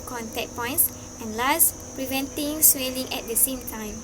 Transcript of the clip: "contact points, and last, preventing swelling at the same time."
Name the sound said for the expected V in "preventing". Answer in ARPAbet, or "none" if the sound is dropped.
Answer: V